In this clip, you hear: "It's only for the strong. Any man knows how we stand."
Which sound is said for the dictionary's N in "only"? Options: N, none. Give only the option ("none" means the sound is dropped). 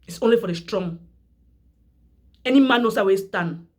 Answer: N